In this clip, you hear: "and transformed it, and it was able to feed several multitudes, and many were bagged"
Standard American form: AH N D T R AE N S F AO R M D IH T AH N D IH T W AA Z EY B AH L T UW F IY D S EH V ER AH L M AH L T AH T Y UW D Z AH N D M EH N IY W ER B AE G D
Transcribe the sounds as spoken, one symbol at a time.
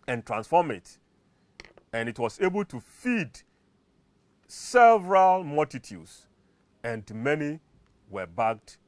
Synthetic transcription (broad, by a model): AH N T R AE N S F AO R M IH T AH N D IH T W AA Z EY B AH L T UW F IY D S EH V ER AH L M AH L T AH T Y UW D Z AH N D M EH N IY W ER B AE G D